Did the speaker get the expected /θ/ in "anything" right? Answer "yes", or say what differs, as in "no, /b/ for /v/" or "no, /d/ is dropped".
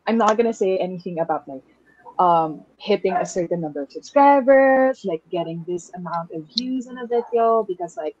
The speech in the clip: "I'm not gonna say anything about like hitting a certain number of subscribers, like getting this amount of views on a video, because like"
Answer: yes